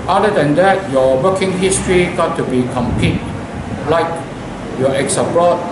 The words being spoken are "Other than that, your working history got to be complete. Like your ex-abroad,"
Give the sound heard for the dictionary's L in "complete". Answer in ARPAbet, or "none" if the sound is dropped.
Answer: none